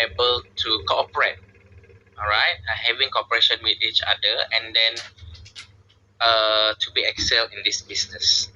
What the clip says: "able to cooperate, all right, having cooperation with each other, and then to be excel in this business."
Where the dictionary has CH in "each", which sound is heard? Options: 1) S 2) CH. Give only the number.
2